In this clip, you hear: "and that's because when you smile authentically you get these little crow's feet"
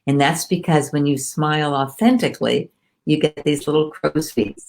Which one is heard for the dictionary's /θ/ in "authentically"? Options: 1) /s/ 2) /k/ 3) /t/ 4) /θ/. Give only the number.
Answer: 4